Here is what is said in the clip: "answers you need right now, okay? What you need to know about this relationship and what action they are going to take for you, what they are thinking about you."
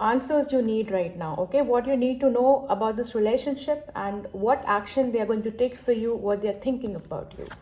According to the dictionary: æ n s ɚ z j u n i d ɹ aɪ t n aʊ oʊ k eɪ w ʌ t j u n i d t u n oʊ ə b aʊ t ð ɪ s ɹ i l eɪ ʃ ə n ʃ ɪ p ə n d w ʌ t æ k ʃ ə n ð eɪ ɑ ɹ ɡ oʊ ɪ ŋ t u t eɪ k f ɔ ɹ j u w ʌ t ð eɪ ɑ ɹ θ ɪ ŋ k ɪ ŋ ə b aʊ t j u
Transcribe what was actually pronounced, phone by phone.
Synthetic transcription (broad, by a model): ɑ n s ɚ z j u n i d ɹ aɪ t n aʊ oʊ k eɪ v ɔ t j u n i d t u n oʊ ə b aʊ t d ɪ s ɹ i l eɪ ʃ ə n ʃ ɪ p ə n d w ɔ t æ k ʃ ə n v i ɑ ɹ ɡ oʊ ɪ ŋ t u t eɪ k f ɔ ɹ j u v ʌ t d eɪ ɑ ɹ t ɪ ŋ k ɪ ŋ ə b aʊ t j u